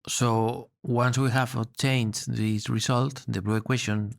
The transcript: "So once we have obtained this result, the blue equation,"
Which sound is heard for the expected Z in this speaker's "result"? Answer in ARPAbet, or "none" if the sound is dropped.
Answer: S